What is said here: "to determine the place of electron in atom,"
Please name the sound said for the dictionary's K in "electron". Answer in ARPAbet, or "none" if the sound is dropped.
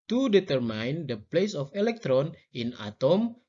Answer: K